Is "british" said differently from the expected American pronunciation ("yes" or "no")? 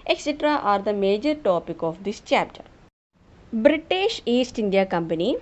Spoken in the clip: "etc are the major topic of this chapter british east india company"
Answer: no